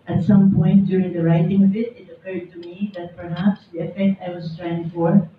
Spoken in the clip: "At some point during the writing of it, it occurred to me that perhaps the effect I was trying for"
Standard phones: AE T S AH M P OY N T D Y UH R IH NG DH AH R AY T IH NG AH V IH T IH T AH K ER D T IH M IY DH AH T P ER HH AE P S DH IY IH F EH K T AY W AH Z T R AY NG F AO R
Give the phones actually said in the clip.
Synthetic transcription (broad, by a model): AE T S AH M P OY N T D Y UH R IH NG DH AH R AY T IH NG AH V IH T IH T AH K ER D T IH M IY DH AH T P ER HH AE P S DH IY IH F EH K T AY W AH Z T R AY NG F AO R